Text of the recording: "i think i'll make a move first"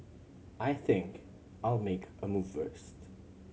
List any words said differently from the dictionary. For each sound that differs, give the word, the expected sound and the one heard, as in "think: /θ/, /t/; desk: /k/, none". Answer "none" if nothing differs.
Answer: none